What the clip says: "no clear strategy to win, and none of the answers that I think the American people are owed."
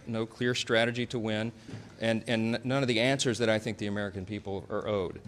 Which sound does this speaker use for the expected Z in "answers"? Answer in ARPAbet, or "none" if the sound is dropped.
Z